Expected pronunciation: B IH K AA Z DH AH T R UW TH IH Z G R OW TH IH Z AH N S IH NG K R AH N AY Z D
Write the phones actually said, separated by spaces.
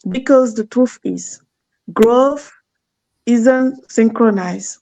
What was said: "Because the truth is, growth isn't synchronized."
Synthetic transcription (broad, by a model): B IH K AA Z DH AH T R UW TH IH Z G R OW F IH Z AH N S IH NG K R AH N AY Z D